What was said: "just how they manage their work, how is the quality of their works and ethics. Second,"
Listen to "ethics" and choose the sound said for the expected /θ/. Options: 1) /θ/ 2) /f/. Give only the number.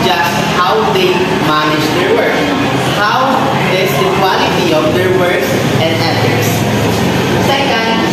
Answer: 2